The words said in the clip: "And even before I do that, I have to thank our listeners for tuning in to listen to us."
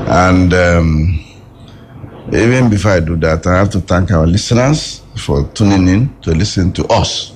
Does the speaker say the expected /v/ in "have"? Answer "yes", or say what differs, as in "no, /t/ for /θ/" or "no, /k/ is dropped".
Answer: no, /f/ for /v/